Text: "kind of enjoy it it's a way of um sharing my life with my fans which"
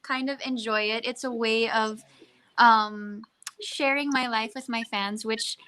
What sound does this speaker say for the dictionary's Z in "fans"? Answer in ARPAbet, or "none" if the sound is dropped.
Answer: Z